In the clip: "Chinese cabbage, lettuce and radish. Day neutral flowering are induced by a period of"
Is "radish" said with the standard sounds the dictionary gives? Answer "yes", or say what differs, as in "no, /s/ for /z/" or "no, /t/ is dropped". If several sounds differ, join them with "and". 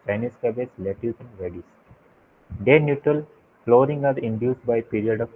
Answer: no, /s/ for /ʃ/